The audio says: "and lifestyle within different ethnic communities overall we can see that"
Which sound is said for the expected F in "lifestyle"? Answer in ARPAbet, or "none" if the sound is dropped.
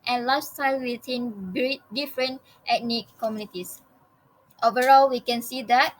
none